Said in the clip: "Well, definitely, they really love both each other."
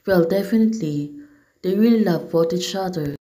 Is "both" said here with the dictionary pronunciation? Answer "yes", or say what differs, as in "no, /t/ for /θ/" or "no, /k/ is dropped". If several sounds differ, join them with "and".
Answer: no, /t/ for /θ/